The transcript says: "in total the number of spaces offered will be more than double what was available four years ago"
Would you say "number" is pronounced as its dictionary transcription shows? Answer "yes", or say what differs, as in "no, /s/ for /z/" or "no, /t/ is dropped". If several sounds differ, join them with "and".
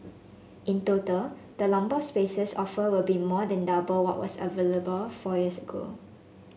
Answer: no, /l/ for /n/